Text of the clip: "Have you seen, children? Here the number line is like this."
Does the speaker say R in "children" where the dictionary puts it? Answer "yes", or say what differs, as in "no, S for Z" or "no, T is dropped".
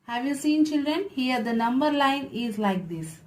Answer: yes